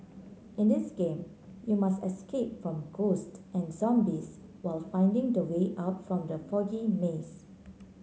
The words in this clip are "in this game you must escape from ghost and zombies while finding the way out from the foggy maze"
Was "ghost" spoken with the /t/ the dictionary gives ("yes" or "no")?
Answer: yes